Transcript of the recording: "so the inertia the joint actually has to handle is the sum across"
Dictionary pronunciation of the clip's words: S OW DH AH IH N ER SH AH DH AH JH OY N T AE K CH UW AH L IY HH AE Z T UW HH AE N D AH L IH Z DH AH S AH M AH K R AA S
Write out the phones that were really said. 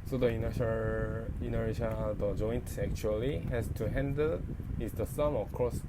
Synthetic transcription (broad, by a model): S OW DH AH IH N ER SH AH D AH JH OY N T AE K CH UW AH L IY HH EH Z T UW HH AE N D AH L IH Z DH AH S AH M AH K R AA S